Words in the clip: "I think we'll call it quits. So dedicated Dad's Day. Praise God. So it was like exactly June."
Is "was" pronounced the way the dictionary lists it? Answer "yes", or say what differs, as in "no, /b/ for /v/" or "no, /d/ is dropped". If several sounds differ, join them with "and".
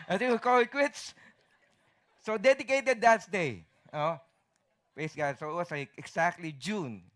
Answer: no, /s/ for /z/